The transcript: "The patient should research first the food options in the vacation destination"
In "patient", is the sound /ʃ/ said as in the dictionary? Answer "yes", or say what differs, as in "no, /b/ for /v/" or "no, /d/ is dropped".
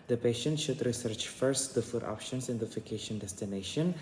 yes